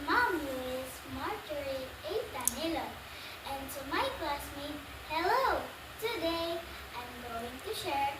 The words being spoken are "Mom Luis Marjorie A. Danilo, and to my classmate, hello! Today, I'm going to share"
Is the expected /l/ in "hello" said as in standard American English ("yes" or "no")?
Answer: yes